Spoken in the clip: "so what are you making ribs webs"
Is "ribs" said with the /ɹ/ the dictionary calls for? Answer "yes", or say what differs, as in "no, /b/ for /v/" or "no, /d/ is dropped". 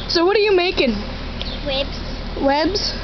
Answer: no, /w/ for /ɹ/